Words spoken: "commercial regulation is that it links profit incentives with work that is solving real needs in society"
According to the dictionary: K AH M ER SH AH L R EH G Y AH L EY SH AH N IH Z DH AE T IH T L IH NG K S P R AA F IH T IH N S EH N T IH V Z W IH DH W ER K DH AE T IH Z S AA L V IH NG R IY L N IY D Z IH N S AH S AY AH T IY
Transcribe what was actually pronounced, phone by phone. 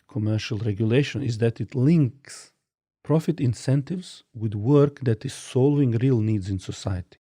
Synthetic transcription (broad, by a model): K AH M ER SH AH L R EH G Y AH L EY SH AH N IH Z DH AE T IH T L IH NG K S P R AA F IH T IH N S EH N T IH V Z W IH DH W ER K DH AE T IH Z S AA L IH NG R IY L N IY D Z IH N S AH S AY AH T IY